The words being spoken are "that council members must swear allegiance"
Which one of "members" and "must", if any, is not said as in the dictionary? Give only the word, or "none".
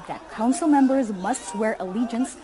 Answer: none